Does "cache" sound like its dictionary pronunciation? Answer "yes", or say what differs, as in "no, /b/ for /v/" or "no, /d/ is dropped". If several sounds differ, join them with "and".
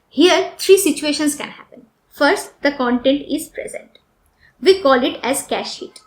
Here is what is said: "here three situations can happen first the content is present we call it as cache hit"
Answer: yes